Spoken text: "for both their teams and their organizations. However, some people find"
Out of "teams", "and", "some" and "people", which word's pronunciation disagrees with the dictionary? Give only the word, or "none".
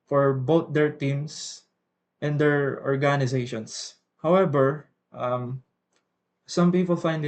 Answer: teams